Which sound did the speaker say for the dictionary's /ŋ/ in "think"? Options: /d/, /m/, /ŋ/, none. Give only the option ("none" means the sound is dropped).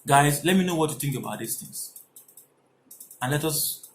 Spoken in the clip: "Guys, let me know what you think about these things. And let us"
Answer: /ŋ/